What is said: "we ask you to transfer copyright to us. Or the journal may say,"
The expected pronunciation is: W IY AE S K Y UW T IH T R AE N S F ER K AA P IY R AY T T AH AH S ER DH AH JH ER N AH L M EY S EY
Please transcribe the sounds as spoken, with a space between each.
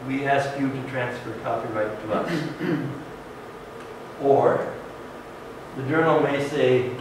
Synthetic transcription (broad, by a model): W IY AE S K Y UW T IH T R AE N S F ER K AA F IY R AY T T AH AH S ER DH AH JH ER N L M EY S EY